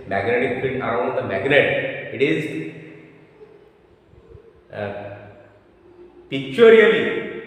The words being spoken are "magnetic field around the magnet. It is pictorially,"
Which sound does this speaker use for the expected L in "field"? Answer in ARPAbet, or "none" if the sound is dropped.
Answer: N